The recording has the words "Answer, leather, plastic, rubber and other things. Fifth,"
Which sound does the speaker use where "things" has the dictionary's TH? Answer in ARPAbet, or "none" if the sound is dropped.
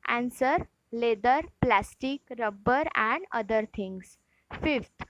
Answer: T